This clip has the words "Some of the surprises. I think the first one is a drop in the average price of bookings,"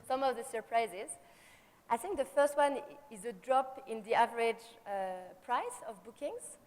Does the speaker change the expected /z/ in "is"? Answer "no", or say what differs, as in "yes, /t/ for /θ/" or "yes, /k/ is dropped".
no